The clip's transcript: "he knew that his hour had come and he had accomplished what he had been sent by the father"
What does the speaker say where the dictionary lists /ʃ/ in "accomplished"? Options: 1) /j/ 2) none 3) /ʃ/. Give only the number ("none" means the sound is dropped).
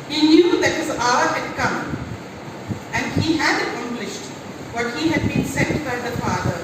3